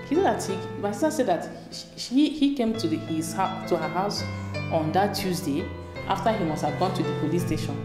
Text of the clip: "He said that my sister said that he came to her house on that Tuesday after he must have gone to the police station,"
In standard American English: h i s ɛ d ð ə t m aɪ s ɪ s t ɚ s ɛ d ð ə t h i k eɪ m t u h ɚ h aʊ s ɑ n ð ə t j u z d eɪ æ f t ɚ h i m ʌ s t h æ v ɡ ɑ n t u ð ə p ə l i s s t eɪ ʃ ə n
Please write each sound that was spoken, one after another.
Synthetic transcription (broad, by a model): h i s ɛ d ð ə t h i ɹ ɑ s s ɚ s ɛ d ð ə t h i k eɪ m t u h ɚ h aʊ s ɑ n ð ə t j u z d eɪ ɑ f t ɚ h i m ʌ s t h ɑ v ɡ ɑ n t u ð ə p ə l i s s t eɪ ʃ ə n